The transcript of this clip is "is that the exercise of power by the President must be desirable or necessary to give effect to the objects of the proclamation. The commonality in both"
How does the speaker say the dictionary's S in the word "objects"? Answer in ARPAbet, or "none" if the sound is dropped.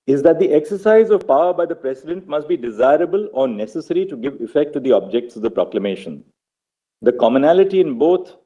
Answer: S